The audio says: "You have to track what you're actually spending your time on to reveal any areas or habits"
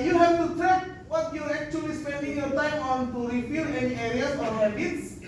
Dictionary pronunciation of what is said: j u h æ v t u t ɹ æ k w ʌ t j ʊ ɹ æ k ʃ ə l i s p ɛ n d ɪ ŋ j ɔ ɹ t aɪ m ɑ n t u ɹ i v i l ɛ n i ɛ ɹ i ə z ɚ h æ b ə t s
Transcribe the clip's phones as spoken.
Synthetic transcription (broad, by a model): j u h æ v t u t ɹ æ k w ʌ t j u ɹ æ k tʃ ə l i s p ɛ n d ɪ ŋ j ɔ ɹ t aɪ m ɑ n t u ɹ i f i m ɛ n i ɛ ɹ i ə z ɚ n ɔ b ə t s